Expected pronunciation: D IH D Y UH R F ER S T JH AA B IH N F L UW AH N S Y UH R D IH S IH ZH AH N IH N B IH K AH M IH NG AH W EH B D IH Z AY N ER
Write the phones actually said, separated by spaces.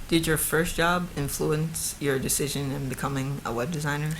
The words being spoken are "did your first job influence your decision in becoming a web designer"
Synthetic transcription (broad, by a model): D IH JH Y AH R F ER S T JH AA B IH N F L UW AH N S Y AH R D IH S IH ZH AH N IH N B IH K AH M IH NG AH W EH B D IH Z AY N ER